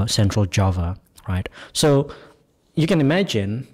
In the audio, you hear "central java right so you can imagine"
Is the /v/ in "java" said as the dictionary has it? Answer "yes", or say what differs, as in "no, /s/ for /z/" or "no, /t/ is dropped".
yes